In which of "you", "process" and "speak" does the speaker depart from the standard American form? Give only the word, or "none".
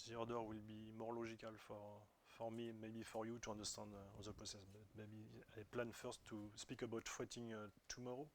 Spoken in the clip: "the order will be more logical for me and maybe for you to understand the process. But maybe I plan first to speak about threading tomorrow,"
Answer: process